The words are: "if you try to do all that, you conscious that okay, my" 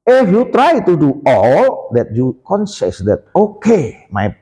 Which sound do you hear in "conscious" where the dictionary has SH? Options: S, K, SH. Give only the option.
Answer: S